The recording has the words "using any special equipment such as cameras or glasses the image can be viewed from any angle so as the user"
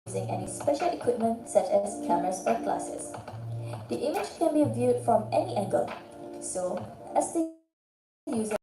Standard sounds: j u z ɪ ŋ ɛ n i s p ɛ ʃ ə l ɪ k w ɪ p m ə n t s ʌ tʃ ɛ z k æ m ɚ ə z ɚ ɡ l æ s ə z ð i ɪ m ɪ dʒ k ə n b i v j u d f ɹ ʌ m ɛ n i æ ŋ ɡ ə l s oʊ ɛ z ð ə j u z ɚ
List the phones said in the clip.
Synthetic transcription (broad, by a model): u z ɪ ŋ ɛ n i s p ɛ ʃ ə l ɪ k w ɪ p m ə n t s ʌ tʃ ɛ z k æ m ɚ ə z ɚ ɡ l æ s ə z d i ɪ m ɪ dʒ k ə n b i v j u d f ɹ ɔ m ɛ n i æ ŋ ɡ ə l s oʊ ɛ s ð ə j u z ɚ